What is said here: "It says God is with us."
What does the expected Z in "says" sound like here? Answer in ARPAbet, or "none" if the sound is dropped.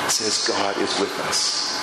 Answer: Z